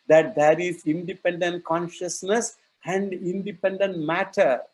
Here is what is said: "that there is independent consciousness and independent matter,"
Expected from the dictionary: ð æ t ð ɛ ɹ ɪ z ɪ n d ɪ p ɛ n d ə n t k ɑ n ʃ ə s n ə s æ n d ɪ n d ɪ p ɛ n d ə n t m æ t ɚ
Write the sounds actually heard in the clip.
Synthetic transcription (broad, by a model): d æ t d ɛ ɹ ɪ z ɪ n d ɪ p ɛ n d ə n t k ɑ n ʃ ə s n ə s æ n d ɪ n d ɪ p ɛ n d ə n t m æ t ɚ